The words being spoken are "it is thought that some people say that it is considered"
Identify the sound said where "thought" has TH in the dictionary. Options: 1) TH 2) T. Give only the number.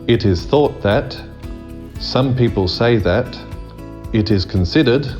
1